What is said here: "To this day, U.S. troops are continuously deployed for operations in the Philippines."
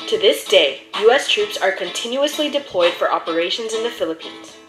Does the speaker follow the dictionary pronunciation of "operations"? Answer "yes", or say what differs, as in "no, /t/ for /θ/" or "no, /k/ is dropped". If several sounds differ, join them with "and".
yes